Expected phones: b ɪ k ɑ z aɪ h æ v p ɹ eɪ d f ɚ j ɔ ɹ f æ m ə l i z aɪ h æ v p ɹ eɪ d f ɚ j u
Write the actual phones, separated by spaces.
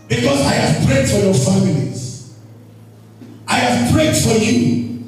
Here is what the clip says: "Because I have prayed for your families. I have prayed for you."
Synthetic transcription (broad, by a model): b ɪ k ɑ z aɪ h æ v p ɹ eɪ d f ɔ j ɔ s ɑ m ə n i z aɪ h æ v p ɹ eɪ d f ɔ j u